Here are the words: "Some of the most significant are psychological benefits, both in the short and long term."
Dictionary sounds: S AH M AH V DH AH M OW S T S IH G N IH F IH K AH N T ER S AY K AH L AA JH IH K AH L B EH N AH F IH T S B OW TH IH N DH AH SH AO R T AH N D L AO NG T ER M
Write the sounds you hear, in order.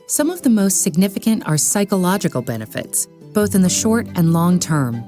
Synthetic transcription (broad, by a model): S AH M AH V DH AH M OW S T S IH G N IH F IH K AH N T ER S AY K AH L AA JH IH K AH L B EH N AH F IH T S B OW TH IH N DH AH SH AO R T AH N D L AO NG T ER M